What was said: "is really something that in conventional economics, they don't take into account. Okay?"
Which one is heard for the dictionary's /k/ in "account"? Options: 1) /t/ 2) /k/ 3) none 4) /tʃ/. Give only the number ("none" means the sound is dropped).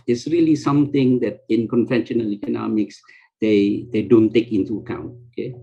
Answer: 2